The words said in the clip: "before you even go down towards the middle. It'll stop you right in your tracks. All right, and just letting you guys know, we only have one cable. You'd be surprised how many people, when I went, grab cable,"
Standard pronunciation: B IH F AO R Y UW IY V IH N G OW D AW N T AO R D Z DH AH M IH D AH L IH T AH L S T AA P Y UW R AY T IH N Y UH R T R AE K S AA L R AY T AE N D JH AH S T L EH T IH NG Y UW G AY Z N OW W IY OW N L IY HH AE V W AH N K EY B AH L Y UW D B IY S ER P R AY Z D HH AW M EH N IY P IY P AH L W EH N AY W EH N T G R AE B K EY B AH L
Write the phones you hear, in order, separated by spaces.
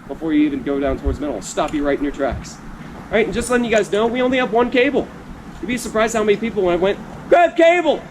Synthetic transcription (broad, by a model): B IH F AO R Y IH IY V IH N G OW D AW N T AO R D Z M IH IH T L S T AA P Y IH R AY T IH N Y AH R T R AE K S R AY T N JH AH S T L EH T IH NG Y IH G AY Z N OW W IY OW N L IY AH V W AH N K EY B L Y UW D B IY S ER P R AY Z D HH AW M EH N IY P IY P L W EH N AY W EH N T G AE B K EY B L